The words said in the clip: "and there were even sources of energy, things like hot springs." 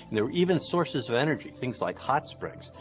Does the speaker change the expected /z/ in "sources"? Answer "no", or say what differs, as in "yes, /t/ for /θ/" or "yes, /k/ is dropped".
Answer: no